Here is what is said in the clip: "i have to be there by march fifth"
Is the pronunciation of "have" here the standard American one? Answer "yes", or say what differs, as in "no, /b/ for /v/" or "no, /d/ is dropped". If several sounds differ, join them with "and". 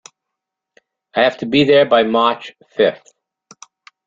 no, /f/ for /v/